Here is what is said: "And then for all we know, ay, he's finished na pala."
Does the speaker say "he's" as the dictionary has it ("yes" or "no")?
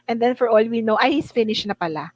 no